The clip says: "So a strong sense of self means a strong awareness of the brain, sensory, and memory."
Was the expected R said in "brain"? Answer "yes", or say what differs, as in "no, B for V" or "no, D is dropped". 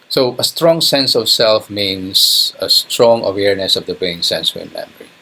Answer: no, R is dropped